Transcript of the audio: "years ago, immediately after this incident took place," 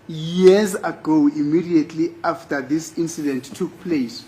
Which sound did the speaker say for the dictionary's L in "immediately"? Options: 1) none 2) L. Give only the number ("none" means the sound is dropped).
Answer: 2